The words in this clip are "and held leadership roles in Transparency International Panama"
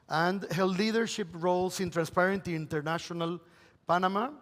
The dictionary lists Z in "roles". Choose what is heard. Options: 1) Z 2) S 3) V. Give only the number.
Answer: 2